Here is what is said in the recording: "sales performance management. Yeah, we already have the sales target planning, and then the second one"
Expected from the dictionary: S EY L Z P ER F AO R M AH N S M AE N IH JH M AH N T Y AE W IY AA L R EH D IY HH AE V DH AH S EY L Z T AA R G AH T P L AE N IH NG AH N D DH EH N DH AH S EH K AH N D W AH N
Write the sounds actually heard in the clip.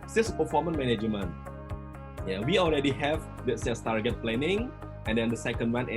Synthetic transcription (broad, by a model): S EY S P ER F AO M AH N M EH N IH JH M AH N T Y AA W IY AA L R EH D IY HH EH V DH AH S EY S T AA R G AH T P L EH N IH NG AH N D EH N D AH S EH K AH N D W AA N